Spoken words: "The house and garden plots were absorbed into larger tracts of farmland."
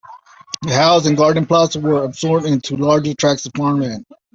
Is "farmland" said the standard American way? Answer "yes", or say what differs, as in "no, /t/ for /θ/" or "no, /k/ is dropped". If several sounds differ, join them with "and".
no, /d/ is dropped